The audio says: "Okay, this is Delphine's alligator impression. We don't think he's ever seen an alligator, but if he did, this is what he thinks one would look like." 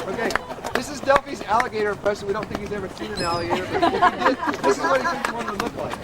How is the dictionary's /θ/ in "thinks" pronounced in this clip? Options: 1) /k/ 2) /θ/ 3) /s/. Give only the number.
3